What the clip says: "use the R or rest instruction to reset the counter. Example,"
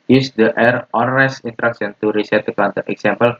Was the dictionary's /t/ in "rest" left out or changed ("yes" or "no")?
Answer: yes